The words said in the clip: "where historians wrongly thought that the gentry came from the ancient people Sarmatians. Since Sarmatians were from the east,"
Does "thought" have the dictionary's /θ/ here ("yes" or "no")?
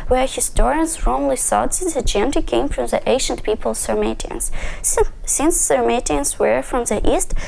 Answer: no